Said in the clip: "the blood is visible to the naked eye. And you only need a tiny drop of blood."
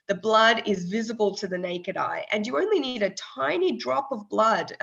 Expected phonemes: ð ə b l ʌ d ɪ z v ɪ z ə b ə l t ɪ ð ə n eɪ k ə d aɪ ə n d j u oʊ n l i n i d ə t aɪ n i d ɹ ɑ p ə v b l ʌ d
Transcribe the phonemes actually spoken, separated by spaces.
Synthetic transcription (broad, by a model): ð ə b l ʌ d ɪ z v ɪ z ə b ə l t ɪ ð ə n eɪ k ə d aɪ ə n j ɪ oʊ n l i n i d ə t aɪ n i d ɹ ɑ p ə v b l ʌ d